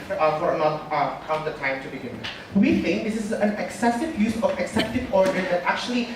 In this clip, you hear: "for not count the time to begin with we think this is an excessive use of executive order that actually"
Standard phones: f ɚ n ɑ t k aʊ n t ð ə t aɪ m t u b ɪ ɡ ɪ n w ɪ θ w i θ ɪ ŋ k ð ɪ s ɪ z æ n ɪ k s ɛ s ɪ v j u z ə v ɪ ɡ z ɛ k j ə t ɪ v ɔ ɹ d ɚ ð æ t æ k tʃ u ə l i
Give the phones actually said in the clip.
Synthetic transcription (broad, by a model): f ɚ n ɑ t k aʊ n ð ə t aɪ m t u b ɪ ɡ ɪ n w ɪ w i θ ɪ ŋ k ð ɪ s ɪ z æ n ɪ k s ɛ s ɪ v j u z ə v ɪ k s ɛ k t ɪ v ɔ ɹ d ɚ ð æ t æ k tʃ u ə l i